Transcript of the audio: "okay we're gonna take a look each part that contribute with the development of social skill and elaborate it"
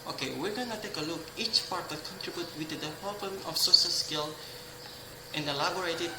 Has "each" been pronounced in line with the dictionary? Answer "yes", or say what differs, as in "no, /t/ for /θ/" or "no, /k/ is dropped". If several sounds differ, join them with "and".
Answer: yes